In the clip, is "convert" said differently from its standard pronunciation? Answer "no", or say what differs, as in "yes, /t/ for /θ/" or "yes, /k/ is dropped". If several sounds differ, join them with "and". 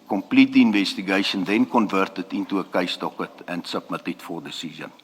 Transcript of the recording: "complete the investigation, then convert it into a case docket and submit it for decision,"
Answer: no